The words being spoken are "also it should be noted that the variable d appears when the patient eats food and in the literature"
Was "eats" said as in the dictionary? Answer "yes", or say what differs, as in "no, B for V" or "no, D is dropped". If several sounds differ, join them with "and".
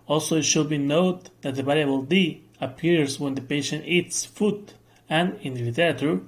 yes